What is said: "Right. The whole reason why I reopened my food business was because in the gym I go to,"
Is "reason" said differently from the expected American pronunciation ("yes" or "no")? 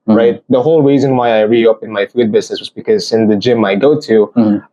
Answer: no